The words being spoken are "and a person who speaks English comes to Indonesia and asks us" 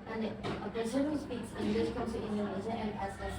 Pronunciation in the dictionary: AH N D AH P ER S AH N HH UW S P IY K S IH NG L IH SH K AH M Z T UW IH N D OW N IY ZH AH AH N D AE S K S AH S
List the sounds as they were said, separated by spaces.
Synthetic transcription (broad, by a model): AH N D AH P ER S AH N HH UW S P IY K S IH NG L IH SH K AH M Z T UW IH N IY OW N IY Z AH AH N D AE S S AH